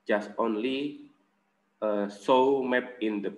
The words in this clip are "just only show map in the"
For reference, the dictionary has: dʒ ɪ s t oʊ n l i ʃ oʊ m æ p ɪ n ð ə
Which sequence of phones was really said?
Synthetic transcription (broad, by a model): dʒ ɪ s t oʊ n l i s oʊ m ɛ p ɪ n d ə